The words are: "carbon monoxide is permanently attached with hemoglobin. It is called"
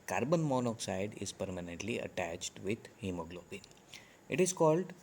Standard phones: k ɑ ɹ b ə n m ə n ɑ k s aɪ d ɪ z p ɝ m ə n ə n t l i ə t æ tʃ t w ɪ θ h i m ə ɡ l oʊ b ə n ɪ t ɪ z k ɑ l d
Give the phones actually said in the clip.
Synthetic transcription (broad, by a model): k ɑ ɹ b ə n m ə n ɑ k s aɪ d ɪ z p ɝ m ə n ə n t l i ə t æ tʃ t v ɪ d h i m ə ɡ l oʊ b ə n ɪ t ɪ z k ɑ l d